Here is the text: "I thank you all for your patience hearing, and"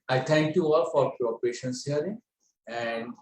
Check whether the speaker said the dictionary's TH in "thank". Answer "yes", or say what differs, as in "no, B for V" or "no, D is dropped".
no, T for TH